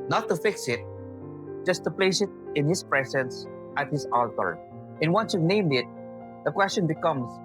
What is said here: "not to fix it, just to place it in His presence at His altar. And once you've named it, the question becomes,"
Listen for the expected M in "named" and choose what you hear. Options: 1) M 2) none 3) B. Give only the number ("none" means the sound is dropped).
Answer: 1